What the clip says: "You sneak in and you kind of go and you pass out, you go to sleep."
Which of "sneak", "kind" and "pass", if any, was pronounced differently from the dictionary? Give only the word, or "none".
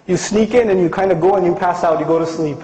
none